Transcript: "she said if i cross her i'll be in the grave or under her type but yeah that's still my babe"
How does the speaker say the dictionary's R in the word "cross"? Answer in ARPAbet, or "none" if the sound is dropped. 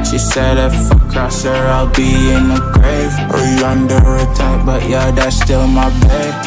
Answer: none